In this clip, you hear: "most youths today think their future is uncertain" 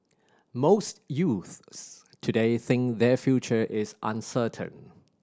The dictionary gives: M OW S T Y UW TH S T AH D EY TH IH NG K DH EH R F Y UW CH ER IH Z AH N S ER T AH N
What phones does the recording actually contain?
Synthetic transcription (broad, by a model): M OW S T Y UW TH S T AH D EY TH IH NG K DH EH F Y UW CH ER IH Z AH N S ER T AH N